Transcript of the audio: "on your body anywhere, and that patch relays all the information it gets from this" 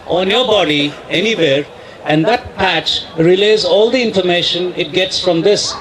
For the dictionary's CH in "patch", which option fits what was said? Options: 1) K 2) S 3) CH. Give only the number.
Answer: 3